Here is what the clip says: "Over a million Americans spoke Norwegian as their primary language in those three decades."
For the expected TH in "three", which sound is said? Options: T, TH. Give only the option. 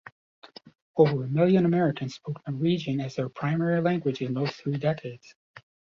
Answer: TH